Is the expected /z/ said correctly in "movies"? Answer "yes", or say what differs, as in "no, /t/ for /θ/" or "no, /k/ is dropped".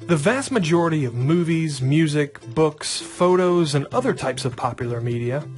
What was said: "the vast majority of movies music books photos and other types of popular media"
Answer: yes